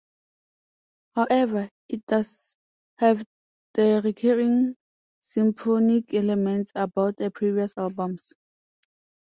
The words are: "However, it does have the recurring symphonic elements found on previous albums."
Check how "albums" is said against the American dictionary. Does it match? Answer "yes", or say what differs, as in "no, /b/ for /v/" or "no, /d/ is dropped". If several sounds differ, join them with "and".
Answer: no, /s/ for /z/